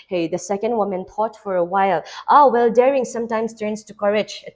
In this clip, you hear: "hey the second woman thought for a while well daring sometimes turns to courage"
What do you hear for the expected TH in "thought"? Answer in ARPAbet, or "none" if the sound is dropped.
T